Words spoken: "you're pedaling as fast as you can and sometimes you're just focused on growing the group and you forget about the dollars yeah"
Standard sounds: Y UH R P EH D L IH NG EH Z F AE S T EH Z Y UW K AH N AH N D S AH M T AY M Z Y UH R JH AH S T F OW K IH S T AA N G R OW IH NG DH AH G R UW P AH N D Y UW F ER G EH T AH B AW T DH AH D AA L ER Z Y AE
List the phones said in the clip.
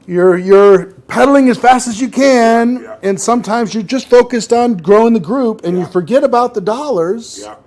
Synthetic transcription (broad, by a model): Y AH R P EH D L IH NG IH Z F AE S T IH Z Y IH K AH N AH N S AH M T AY M Z Y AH R JH AH S T F OW K IH S T N G R OW IH NG DH AH G R UW P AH N Y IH F ER G EH T AH B AW T DH AH D AA L ER Z